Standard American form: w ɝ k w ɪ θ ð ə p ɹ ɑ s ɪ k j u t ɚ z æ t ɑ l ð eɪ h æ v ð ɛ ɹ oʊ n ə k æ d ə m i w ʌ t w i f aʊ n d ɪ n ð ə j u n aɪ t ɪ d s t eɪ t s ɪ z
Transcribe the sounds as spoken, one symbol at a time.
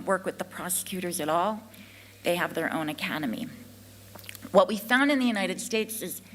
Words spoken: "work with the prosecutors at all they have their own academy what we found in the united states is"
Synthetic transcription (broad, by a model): w ɝ k w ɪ ð ə p ɹ ɑ s ɪ k j u t ɚ z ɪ t ɑ l ð eɪ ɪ v ð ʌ ɹ oʊ n ə k æ d ə m i w ʌ t w i f aʊ n d ɪ n ð ə j u n aɪ t ɪ d s t eɪ t s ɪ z